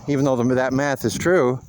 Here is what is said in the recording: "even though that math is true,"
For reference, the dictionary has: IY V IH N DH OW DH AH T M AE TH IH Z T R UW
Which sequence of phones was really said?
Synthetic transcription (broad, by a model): IY V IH N DH OW DH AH T M AE TH IH Z T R UW